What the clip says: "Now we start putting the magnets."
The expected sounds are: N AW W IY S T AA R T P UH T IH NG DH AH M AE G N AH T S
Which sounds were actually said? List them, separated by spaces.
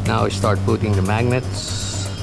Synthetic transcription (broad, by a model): N AW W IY S T AA R T B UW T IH NG DH AH M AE G N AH T S